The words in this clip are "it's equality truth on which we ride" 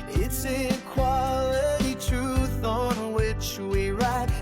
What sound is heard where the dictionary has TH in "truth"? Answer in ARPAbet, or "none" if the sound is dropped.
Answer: TH